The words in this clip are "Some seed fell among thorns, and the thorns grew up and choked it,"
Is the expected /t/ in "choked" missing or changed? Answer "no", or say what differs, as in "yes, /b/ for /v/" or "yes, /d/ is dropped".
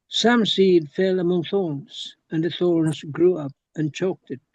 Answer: no